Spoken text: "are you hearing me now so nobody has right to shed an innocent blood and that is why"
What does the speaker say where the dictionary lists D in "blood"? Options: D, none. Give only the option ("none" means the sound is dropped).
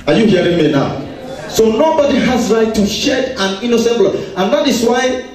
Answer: none